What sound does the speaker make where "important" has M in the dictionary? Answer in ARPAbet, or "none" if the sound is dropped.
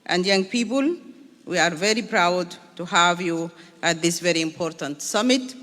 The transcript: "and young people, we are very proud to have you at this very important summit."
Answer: M